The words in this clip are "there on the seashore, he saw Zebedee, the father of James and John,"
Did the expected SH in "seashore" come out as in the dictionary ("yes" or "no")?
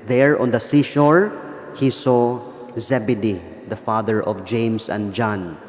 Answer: yes